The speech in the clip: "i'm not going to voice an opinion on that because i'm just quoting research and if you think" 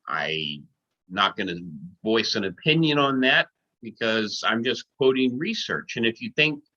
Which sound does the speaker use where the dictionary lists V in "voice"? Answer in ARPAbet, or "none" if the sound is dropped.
V